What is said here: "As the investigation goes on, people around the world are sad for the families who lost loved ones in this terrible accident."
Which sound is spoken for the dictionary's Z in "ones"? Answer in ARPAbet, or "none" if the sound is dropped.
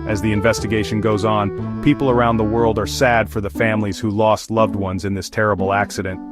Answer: Z